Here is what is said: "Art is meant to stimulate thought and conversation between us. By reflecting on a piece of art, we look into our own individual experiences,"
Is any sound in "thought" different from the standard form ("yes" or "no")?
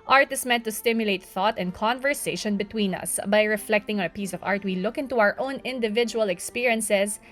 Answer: no